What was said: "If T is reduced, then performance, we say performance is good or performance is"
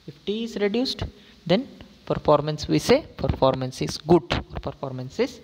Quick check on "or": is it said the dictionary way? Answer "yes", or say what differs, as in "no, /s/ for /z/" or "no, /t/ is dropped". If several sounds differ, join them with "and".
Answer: yes